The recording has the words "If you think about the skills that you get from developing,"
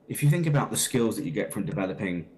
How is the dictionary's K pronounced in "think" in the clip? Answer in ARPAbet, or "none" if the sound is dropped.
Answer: K